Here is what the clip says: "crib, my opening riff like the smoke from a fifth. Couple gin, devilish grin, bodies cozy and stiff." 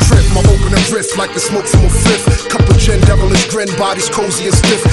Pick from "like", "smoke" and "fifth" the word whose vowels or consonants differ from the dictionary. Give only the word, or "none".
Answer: fifth